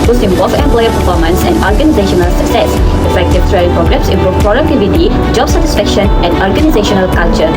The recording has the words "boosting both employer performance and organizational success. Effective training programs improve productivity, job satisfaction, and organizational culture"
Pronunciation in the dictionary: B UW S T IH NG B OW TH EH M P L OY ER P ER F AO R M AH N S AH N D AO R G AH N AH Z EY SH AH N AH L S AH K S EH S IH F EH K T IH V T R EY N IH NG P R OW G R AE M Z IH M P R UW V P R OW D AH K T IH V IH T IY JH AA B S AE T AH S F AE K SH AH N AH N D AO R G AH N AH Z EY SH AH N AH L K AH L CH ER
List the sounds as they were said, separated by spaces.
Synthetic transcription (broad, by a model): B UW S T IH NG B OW F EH M P L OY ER P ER F AO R M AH N S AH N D AO R G AH N AH Z EY SH AH N AH L S AH K S EH S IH F EH K T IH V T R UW IH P R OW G R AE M S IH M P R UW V P R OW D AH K T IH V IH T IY JH AA B S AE T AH S F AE K SH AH N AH N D AO R G AH N AH Z EY SH AH N AH L K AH L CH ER